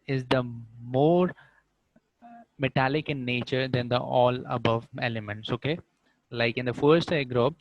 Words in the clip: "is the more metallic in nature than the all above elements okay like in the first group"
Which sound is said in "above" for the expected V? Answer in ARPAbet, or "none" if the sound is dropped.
V